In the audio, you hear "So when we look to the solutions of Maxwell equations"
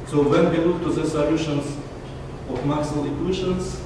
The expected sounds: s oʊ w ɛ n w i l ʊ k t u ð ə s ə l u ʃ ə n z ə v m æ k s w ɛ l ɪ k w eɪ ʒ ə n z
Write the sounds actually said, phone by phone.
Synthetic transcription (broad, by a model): s oʊ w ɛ n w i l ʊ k t u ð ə s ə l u ʃ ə n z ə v m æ s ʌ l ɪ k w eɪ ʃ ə n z